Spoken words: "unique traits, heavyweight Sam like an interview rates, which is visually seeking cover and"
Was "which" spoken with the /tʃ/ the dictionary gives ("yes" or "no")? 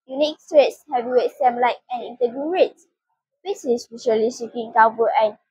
no